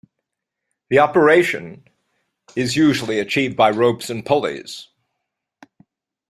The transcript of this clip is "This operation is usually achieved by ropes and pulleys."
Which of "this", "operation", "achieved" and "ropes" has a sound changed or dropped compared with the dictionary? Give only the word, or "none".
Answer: this